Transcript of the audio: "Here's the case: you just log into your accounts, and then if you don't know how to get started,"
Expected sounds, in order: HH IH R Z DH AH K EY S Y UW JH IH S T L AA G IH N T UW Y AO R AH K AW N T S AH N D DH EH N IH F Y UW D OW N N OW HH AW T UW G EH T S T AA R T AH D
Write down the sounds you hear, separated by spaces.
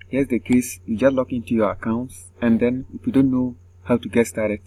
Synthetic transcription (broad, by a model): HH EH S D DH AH K EY S Y UW JH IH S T L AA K IH N T UW Y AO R AH K AW N T S AH N D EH N IH F Y UW D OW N N OW HH AW T UW G EH T S T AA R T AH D